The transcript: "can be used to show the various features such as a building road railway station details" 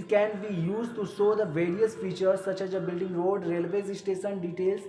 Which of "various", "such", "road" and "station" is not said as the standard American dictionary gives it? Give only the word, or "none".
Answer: station